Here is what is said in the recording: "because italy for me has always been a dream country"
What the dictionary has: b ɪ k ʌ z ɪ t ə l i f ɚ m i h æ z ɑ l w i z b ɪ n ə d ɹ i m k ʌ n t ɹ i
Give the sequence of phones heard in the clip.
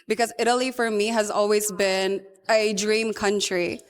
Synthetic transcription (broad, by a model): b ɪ k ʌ z ɪ t ə l i f ɚ m i h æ z ɑ l w i z b ɪ n ə d ɹ i m k ʌ n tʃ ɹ i